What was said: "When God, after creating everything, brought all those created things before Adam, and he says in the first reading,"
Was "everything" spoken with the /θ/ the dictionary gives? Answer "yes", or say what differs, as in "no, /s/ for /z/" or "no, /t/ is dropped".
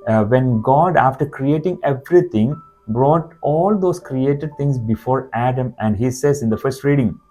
no, /t/ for /θ/